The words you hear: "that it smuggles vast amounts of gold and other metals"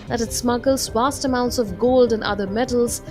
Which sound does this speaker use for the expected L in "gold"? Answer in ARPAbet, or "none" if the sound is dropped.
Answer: L